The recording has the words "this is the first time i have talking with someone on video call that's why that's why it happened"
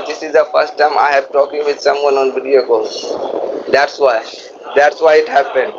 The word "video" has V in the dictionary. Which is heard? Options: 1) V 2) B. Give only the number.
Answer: 2